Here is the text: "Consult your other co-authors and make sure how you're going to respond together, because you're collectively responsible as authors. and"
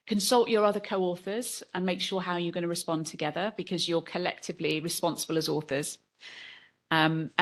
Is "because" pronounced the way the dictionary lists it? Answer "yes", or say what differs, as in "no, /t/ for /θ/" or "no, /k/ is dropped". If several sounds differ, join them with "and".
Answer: yes